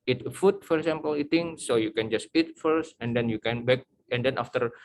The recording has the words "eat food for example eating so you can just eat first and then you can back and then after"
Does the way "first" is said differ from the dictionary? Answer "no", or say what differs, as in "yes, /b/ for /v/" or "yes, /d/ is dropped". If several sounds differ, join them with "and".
no